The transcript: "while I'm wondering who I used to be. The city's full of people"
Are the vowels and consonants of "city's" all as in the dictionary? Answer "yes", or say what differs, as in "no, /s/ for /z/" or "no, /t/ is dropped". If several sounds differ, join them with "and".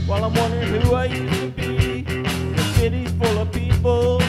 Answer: no, /z/ is dropped